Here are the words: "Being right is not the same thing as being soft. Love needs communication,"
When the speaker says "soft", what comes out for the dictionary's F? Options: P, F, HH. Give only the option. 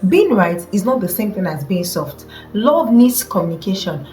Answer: F